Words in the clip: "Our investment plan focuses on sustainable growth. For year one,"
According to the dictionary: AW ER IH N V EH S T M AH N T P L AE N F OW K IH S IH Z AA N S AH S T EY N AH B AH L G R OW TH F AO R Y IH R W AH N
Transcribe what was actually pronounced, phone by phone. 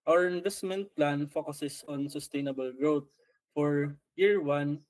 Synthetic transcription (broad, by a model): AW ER IH N V EH S T M AH N T P L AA N F OW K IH S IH S AA N S AH S T EY N AH B AH L G R OW T F AO R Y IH R W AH N